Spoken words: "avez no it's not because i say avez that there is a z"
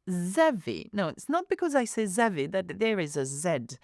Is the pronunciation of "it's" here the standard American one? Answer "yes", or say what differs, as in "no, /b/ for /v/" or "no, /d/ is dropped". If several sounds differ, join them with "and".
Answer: yes